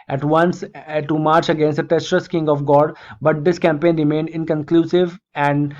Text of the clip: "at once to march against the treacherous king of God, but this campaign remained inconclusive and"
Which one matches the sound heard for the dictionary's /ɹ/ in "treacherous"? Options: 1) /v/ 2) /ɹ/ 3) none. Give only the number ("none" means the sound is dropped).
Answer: 3